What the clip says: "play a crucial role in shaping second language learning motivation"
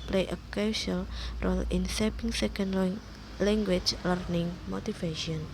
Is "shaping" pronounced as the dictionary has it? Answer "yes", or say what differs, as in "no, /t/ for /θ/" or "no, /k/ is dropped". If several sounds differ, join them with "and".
no, /s/ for /ʃ/